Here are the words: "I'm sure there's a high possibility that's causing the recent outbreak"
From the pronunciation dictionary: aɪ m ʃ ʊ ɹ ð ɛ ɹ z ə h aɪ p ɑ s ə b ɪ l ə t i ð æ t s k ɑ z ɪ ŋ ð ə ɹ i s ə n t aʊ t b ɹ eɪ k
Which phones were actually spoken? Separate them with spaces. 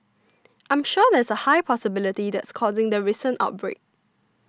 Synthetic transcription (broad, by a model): aɪ m ʃ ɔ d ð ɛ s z ə h aɪ p ɑ s ə b ɪ l ə t i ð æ t s k ɑ z ɪ ŋ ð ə ɹ i s ə n t aʊ t b ɹ eɪ k